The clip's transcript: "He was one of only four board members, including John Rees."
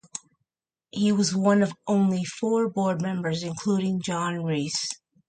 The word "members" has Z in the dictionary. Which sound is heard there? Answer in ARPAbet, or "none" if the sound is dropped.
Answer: Z